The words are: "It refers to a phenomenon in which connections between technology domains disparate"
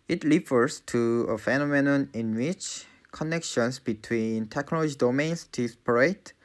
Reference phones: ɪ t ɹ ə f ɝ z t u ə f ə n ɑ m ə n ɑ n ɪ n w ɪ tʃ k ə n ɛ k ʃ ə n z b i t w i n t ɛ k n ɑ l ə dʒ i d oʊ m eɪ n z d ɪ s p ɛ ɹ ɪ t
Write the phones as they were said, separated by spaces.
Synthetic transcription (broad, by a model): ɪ t l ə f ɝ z t u ə f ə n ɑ m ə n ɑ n ɪ n w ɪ tʃ k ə n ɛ k ʃ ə n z b i t w i n t ɛ k n ɑ l ə dʒ i d oʊ m eɪ n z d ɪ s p ɹ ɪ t